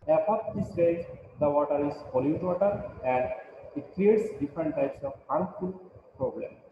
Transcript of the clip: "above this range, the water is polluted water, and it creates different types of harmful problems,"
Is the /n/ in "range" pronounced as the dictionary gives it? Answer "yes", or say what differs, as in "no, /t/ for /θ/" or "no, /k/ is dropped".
no, /n/ is dropped